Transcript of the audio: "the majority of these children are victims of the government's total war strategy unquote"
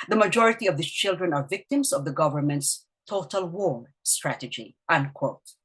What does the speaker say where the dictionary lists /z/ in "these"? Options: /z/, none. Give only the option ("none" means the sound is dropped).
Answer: none